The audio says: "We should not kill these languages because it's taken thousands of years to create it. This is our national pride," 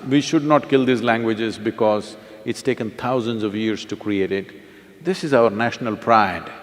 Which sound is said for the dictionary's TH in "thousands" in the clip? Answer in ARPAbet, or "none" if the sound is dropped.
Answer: T